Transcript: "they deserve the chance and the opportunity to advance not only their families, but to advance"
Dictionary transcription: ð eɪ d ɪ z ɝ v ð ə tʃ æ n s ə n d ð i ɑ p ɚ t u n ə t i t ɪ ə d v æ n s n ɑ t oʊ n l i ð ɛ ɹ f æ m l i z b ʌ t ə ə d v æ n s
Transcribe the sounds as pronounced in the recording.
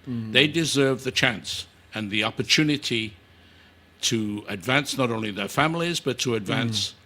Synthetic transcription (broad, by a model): ð eɪ d ɪ z ɝ v ð ə tʃ æ n s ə n ð i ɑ p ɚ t u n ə t i t ɪ ə d v æ n s n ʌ t oʊ n l i ð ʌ ɹ f æ m l i z b ʌ t ə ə d v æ n s